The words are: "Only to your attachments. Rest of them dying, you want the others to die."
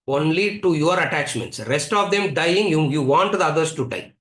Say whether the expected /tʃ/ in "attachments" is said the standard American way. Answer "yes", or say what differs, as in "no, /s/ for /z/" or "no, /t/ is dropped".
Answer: yes